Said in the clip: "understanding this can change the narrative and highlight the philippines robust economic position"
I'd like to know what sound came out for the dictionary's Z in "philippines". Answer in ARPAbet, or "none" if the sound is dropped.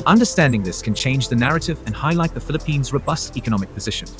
Z